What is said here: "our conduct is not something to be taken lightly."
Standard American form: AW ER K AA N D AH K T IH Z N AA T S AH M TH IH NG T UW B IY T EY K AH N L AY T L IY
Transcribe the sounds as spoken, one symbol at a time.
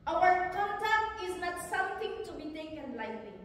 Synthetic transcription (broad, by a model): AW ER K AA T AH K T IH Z L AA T S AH M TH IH NG T UW B IY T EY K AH N L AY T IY